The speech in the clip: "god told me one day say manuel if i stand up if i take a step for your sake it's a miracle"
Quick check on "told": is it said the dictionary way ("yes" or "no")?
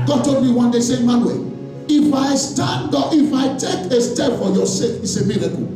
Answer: no